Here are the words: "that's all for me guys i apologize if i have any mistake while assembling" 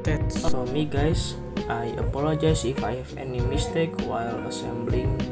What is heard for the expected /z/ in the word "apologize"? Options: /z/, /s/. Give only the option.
/s/